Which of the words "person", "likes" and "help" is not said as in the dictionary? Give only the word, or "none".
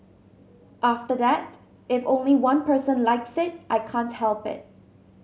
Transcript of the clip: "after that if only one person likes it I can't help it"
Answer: none